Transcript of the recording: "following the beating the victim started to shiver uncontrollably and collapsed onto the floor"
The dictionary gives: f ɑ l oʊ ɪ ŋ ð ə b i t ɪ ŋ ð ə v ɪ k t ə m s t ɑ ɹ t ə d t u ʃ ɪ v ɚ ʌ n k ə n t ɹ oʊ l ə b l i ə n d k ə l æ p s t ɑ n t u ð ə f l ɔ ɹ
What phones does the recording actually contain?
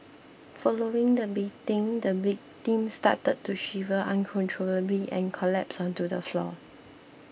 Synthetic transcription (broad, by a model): f ɑ l oʊ ɪ ŋ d ə b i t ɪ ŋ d ə b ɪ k t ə m s t ɑ t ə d t u ʃ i v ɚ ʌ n k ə n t ɹ oʊ l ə b l i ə n k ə l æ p s ɑ n t u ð ə f l ɔ